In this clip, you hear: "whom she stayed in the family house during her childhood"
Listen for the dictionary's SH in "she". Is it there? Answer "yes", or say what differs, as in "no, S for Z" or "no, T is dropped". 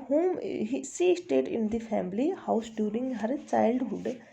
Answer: no, S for SH